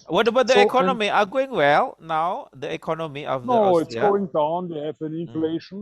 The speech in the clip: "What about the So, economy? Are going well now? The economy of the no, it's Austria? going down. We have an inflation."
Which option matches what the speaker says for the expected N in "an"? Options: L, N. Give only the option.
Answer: N